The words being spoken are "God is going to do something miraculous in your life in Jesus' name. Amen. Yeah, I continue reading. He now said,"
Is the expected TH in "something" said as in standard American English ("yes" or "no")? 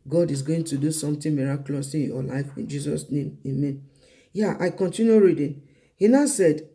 no